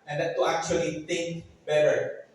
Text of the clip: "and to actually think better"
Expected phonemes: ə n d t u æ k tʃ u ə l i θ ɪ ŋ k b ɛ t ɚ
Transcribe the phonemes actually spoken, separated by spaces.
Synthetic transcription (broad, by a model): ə n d t u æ k tʃ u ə l i t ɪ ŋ k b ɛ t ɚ